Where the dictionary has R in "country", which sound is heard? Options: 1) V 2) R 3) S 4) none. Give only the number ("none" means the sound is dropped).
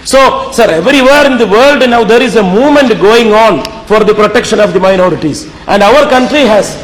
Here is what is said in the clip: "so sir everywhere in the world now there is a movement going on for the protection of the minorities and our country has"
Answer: 2